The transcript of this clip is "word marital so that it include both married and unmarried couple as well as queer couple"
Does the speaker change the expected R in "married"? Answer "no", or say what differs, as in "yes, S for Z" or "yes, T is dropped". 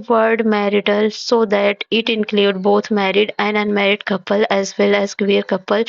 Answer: no